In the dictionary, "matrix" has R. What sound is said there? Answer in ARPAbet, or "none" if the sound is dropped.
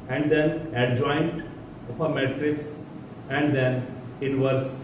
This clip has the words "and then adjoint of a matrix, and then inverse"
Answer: R